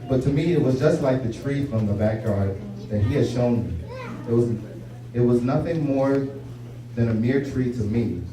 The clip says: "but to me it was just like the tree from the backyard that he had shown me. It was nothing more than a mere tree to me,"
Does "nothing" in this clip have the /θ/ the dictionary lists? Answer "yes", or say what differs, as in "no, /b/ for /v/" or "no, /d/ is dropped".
yes